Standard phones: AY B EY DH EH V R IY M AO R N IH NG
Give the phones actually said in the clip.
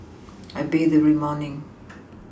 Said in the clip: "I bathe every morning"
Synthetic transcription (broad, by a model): AY B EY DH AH R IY M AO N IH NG